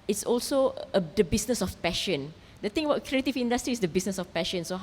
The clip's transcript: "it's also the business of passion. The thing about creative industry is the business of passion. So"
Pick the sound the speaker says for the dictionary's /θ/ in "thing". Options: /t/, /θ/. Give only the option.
/t/